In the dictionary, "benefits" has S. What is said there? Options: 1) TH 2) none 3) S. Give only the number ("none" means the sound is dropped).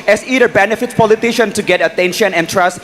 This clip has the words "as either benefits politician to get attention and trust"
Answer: 2